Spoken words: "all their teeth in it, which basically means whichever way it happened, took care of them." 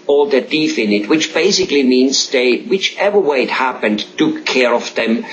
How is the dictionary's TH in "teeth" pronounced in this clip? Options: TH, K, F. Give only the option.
F